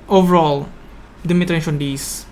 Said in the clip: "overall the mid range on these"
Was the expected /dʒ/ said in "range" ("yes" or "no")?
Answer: no